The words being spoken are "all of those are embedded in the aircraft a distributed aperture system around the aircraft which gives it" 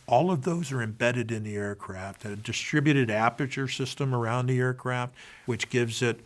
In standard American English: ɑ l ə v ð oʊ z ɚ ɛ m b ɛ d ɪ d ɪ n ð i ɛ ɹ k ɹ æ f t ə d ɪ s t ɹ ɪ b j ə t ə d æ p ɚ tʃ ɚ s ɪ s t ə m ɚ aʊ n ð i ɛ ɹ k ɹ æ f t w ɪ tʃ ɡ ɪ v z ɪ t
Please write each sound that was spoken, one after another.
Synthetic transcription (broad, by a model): ɑ l ə v ð oʊ z ɚ ɛ m b ɛ d ɪ d ɪ n ð i ɛ ɹ k ɹ æ f t ə d ɪ s t ɹ ɪ b j ə t ə d æ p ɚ tʃ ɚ s ɪ s t ə m ɚ aʊ n ð i ɛ ɹ k ɹ æ f t w ɪ tʃ ɡ ɪ v z ɪ t